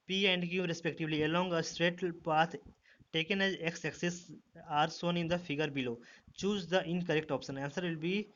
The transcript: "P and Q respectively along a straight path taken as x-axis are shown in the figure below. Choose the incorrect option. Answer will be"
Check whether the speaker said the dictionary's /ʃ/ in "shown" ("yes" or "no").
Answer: no